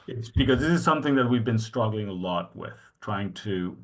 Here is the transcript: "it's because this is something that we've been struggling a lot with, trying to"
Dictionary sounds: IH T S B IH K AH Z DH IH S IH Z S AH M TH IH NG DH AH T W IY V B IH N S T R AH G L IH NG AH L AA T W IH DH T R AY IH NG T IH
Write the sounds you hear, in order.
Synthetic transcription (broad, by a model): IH T S B IH K AH Z DH IH S IH Z S AH M TH IH NG DH AH T W IY V B IH N S T R AH G L IH NG AH L AA T W IH DH T R AY IH NG T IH